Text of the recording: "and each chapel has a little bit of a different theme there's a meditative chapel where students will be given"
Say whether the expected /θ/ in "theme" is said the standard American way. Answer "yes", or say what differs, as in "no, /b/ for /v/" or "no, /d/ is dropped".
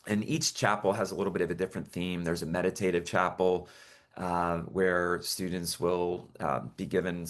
yes